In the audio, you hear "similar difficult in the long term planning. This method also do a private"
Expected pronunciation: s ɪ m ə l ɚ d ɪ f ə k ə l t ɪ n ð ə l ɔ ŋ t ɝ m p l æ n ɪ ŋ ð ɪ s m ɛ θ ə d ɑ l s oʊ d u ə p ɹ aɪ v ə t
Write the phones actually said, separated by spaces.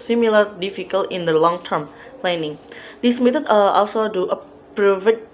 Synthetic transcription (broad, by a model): s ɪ m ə l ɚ d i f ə k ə l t ɪ n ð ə l ɔ ŋ t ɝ m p l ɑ n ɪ ŋ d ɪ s m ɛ t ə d ɑ l s oʊ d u ə p ɹ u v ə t